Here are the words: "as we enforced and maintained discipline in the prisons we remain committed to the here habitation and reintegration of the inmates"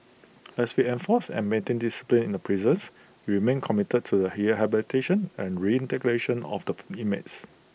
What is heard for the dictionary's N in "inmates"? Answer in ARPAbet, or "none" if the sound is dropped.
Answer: none